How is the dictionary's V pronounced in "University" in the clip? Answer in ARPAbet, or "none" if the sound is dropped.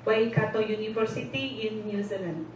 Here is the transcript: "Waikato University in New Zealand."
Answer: F